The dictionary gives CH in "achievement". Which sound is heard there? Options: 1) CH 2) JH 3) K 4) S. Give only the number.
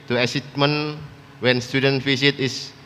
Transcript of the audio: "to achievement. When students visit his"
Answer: 4